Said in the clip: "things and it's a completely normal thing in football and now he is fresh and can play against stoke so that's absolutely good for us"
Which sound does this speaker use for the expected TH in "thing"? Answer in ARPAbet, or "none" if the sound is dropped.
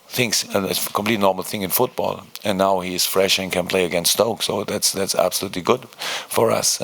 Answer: TH